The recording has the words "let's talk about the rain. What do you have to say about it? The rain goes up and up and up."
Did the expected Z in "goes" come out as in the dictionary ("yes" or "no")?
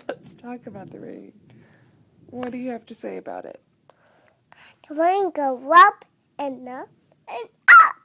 no